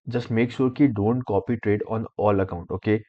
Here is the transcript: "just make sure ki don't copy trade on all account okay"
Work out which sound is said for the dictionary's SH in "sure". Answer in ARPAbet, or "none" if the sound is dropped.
S